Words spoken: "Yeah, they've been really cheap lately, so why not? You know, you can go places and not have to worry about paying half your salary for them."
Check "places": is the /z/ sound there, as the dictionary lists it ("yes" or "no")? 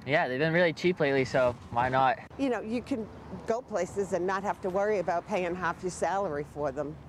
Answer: yes